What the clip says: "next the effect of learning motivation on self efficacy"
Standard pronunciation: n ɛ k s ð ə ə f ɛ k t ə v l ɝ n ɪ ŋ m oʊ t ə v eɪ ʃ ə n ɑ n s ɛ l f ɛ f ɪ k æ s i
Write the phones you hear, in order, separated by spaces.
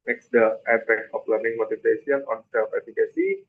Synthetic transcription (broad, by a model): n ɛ k s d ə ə p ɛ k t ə f l ɝ n ɪ ŋ m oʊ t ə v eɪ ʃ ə n ɑ n s ɛ l f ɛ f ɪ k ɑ s i